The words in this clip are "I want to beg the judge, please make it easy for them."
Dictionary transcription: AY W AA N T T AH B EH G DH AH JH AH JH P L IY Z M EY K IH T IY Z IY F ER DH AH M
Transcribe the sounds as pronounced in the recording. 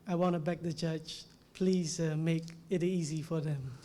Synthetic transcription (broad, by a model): AY W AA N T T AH B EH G DH AH CH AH CH P L IY Z M EY K IH T IY Z IY F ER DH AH M